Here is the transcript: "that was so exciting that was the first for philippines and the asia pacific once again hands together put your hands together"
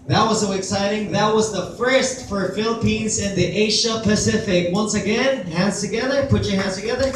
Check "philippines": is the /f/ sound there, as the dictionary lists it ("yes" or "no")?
yes